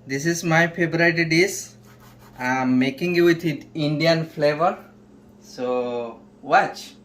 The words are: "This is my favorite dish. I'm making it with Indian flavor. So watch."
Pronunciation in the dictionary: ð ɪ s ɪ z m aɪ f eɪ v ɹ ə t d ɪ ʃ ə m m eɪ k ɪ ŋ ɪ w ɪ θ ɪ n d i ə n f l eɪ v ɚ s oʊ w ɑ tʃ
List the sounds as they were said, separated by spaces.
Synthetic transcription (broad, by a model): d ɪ s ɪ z m aɪ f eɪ b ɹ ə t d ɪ s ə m m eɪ k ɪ ŋ ɪ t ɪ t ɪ n d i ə n f l eɪ v ɚ s oʊ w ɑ tʃ